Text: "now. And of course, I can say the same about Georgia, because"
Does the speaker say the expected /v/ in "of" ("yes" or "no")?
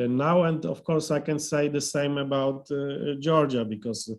no